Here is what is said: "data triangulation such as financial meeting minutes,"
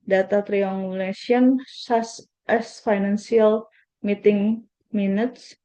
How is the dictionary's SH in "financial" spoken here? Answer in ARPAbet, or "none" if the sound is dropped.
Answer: S